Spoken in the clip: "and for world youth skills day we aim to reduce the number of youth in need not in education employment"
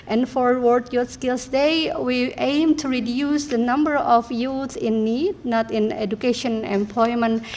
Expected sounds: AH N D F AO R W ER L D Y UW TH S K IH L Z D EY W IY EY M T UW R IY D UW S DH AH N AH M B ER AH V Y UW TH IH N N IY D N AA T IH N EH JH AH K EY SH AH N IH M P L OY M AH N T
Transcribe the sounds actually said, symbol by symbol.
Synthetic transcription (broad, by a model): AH N F AO R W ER D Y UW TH S K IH L S D EY W IY EY M T UW R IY D UW S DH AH N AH M B ER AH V Y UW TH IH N N IY D N AA T IH N EH JH AH K EY SH AH N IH M P L OY M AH N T